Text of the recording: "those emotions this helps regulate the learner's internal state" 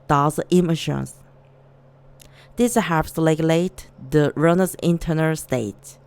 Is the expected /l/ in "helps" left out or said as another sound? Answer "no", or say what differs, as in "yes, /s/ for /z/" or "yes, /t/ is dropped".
yes, /l/ is dropped